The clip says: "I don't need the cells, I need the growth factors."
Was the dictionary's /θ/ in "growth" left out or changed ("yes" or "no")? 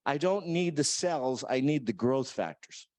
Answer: no